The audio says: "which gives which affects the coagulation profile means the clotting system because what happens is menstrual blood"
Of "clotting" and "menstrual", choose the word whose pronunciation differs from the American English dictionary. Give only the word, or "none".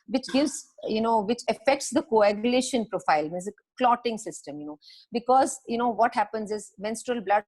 none